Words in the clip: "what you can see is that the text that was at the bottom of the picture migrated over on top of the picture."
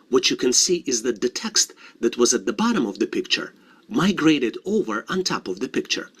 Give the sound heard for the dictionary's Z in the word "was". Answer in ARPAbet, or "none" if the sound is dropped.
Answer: Z